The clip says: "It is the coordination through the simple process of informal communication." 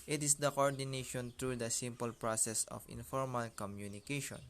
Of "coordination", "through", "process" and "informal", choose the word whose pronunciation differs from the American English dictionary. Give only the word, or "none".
through